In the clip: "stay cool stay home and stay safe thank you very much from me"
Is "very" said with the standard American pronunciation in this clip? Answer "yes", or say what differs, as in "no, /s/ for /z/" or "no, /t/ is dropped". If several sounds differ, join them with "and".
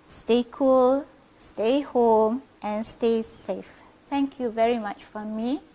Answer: yes